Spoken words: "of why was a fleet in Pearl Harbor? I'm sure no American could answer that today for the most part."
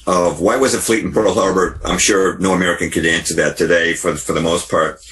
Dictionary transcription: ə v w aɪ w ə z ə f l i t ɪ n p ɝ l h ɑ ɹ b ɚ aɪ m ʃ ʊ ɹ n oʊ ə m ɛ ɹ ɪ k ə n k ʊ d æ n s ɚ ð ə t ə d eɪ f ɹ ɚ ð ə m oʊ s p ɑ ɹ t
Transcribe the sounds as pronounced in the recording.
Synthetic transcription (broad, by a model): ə v w aɪ w ə z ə f l i t n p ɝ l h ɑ ɹ b ɚ aɪ m ʃ ʊ ɹ n oʊ ə m ɛ ɹ ɪ k ə n k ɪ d æ n s ɚ ð ə t ə d eɪ f ɹ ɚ ð ə m oʊ s p ɑ ɹ t